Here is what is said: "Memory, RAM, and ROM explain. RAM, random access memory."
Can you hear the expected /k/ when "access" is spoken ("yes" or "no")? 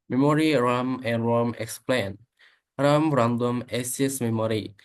no